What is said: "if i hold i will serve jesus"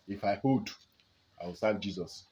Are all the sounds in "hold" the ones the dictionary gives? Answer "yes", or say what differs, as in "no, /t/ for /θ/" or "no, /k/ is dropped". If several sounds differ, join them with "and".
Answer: no, /l/ is dropped